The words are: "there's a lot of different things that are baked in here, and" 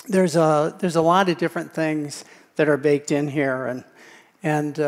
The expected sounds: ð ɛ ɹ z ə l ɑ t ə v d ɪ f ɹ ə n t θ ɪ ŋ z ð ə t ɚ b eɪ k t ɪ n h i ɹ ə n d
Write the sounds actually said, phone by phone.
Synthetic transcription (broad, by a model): ð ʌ ɹ z ə l ɑ t ə v d ɪ f ɹ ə n θ ɪ ŋ z ð ə t ɚ b eɪ k t ɪ n h i ɹ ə n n